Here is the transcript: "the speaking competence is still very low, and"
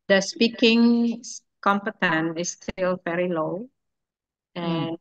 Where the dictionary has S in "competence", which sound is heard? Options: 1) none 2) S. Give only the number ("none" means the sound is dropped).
1